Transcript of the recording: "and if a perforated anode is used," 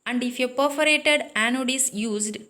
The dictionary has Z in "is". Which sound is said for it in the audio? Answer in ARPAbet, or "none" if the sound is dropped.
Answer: S